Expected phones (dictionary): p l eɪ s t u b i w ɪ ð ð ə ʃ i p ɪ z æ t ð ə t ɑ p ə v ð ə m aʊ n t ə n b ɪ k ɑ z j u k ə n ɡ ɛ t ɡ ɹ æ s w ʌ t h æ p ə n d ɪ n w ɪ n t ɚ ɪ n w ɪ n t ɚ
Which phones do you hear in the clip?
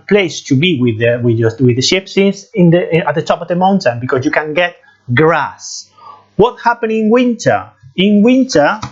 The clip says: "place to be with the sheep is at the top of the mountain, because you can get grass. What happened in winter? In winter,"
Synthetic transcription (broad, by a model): p l eɪ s t u b i w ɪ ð ð ə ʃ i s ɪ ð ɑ t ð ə t ɑ p ə v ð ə m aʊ n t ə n b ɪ k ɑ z j u k ə n ɡ ɛ t ɡ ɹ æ s w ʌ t h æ p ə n ɪ n w ɪ n t ɚ ɪ n w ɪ n t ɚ